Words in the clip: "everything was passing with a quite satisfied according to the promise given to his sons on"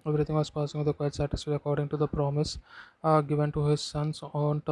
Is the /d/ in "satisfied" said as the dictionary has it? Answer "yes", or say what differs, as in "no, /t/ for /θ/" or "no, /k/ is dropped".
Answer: no, /d/ is dropped